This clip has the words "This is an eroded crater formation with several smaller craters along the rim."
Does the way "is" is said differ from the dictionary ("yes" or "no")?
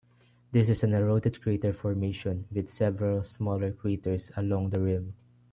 yes